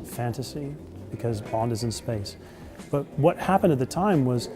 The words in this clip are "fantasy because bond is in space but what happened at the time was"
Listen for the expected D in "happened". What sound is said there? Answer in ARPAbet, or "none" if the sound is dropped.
D